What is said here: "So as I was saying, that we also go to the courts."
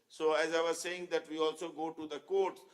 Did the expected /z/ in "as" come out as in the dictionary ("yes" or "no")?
yes